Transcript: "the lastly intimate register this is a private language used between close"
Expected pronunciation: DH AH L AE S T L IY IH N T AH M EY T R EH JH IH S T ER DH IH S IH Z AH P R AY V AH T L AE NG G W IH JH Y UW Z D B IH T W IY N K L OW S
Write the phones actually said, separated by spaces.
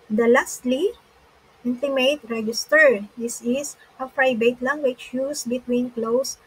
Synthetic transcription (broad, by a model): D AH L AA S T L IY IH N T AH M EY T R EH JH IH S T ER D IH S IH S AH F R AY B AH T L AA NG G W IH CH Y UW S B IH T W IY N K L OW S